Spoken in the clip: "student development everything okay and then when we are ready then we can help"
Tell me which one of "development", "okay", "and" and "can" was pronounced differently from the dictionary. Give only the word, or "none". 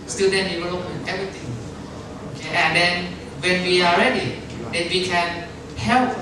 development